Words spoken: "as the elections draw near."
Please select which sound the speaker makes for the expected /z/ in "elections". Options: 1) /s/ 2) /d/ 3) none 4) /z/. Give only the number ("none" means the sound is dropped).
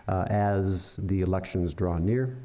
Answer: 4